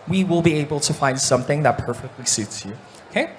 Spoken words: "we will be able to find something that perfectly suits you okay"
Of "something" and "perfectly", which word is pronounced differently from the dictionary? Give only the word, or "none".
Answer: none